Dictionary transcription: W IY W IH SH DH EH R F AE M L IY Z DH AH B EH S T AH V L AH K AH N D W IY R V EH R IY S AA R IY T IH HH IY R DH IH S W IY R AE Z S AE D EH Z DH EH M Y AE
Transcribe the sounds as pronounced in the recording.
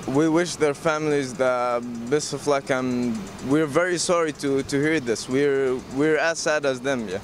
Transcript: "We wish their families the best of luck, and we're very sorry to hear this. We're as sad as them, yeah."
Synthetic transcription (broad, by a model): W IY W IH SH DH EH R F AE M L IY Z DH AH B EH S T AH F L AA K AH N W IY R V EH R IY S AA R IY T IH HH IY R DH IH S W IY R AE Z S AE D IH Z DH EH M Y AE